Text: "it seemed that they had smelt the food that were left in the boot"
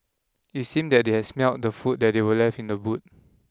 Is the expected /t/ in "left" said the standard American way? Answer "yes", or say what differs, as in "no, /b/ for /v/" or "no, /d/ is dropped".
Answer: no, /t/ is dropped